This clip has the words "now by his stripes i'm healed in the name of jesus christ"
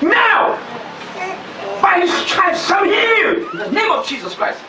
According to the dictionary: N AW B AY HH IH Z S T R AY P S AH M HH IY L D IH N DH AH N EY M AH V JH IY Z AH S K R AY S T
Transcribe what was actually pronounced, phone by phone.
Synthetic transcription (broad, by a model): N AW B AY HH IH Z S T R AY S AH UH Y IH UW DH AH N EY M AH V JH IY Z AH S K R AY S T